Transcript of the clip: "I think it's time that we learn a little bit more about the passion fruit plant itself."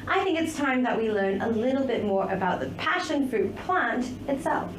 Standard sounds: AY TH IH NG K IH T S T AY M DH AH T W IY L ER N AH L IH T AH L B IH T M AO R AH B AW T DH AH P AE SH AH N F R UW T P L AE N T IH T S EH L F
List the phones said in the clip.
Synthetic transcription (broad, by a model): AY TH IH NG K IH T S T AY M DH AH T W IY L ER N AH L IH T L B IH T M AO R AH B AW T DH AH P AE SH AH N F R UW T P L AE N T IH T S EH L F